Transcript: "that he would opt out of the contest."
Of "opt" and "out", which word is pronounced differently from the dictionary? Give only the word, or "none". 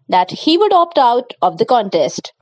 none